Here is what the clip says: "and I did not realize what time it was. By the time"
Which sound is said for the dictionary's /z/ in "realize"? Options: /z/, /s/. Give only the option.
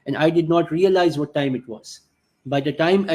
/z/